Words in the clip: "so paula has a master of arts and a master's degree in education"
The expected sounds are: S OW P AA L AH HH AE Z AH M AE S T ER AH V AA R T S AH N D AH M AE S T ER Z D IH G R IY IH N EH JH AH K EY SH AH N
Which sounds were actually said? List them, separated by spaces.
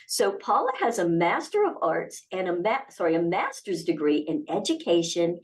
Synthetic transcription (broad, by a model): S OW P AA L AH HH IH Z AH M AE S T ER AH V AA R T S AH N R AH M AE S T ER Z D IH G R IY IH N EH JH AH K EY SH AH N